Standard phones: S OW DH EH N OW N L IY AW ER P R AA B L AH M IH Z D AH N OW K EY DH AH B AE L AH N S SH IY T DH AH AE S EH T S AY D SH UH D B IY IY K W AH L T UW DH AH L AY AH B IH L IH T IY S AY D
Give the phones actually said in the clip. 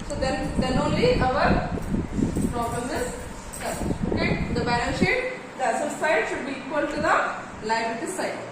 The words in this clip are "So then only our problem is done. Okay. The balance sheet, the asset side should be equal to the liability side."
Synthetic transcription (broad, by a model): S OW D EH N OW N L IY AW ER P R AA B L AH M IH Z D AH OW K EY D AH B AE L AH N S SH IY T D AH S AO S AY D SH UH D B IY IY K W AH L T UW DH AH L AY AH IH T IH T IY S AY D